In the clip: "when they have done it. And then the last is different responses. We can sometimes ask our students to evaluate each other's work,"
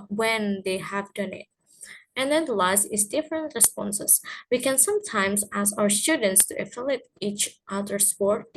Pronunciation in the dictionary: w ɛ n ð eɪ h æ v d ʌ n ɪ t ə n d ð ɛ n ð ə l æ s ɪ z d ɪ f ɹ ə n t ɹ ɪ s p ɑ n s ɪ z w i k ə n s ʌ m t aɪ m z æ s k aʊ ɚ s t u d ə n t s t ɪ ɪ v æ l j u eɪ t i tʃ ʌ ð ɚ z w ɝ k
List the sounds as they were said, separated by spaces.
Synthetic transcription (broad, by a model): w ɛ n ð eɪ h æ v d ʌ n ɪ t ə n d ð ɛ n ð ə l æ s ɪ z d ɪ f ɹ ə n t ɹ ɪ s p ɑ n s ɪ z w i k ə n s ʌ m t aɪ m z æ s aʊ ɚ s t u d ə n t s t ɪ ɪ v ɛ l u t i tʃ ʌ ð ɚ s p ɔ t